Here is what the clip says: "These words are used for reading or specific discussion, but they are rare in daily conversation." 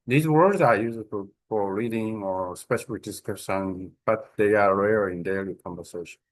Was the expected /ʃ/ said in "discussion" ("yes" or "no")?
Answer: no